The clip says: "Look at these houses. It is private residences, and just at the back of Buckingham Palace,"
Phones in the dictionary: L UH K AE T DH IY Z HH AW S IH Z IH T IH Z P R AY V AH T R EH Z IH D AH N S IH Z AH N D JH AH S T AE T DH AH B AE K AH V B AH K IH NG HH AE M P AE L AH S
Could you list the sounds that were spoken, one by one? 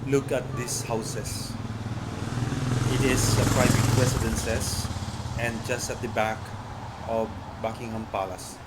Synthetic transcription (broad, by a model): L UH K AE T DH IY S HH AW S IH S IH T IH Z P R AY V AH T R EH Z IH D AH N S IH S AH N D JH AH S T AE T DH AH B AE K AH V B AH K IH NG HH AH M P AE L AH S